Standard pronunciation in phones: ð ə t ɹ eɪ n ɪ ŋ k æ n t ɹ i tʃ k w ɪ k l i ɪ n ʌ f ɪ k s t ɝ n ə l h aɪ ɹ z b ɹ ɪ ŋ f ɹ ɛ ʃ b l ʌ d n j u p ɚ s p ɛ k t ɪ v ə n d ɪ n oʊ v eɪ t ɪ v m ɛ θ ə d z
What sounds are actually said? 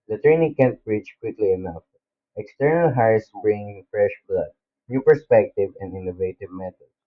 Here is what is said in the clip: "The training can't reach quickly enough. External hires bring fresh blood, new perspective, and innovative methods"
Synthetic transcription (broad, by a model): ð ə t ɹ eɪ n ɪ ŋ k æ n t ɹ i tʃ k w ɪ k l i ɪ n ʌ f ɪ k s t ɝ n ə l h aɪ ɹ s b ɹ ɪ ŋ f ɹ ɛ ʃ b l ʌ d n j u p ɚ s p ɛ k t ɪ v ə n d ɪ n oʊ v eɪ t ɪ v m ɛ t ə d